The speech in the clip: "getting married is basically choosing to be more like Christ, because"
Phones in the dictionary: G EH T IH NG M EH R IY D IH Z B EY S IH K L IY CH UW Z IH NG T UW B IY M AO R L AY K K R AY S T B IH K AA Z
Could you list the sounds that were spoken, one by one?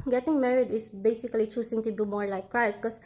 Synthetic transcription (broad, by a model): G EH T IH NG M EH R IY D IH S B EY S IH K L IY CH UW S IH NG T UW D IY M AO R L AY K K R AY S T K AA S